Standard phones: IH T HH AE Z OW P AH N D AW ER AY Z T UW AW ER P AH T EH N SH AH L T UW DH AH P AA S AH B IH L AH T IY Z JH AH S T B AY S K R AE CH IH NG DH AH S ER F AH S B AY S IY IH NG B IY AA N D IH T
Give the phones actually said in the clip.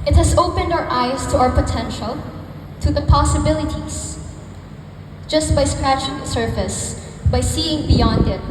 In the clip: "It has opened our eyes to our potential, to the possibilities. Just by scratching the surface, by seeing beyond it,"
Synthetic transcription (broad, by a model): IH T HH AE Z OW P AH N D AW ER AY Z T UW AW ER P AH T EH N SH AH L T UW DH AH P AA S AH B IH L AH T IY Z JH AH S T B AY S K R AE CH IH NG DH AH S ER F AH S B AY S IY IH NG B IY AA N D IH T